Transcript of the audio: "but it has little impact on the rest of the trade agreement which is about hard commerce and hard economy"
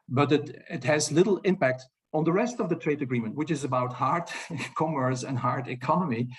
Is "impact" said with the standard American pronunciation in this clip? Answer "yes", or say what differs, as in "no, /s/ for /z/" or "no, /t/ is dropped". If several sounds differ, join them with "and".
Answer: yes